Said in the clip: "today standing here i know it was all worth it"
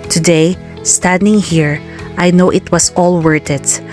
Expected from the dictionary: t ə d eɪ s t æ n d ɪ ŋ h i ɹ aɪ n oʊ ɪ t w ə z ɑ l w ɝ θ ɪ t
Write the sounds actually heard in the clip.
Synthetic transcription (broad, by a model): t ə d eɪ s t æ n d ɪ ŋ h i ɹ aɪ n oʊ ɪ t w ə s ɑ l w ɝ t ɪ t